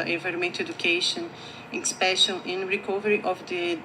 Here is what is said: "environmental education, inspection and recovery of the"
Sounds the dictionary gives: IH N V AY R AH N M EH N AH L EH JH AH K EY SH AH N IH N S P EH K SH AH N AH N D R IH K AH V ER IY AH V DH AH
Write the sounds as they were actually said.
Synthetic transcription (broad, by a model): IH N V AY R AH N M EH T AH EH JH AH K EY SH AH N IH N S P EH SH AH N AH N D R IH K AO V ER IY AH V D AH